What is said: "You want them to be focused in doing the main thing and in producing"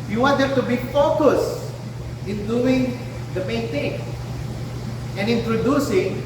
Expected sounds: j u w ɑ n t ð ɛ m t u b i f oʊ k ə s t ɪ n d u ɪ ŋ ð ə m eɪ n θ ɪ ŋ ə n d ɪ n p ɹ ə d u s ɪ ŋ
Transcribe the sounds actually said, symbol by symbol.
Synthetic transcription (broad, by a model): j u w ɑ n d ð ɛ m t u b i f oʊ k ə s ɪ n d u ɪ ŋ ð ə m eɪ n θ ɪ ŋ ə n ɪ n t ɹ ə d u s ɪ ŋ